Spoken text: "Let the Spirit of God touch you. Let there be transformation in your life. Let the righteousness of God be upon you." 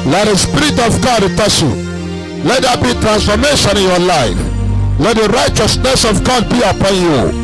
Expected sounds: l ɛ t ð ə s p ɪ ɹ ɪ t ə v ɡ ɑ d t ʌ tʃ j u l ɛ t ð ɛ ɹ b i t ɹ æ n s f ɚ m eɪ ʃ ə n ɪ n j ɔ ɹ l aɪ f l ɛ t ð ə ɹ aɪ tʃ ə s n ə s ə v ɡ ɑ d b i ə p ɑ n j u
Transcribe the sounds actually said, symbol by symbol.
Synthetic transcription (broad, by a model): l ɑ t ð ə s p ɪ ɹ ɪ t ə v ɡ ɑ d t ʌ s j u l ɛ t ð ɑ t b i t ɹ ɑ n s f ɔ m eɪ ʃ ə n ɪ n j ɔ l aɪ f l ɛ t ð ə ɹ aɪ tʃ ə s n ə s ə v ɡ ɑ d b i ə p ɑ n j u